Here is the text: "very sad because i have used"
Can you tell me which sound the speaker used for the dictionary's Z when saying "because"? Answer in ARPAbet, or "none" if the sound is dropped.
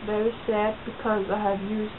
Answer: Z